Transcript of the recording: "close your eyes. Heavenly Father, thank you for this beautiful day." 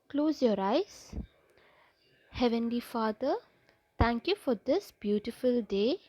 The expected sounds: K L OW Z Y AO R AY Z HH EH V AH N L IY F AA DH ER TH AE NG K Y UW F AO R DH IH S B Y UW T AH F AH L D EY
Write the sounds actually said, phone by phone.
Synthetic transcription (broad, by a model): K L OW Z Y AO R AY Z HH EH V AH N L IY F AA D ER T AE NG K Y UW F AO R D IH S B Y UW T AH F AH L D EY